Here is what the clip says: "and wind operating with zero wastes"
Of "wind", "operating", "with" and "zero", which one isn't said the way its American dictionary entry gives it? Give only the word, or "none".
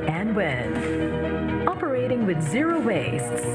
wind